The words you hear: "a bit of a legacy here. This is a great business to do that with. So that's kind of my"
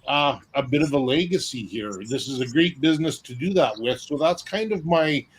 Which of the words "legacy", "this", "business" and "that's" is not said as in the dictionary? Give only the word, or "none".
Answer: none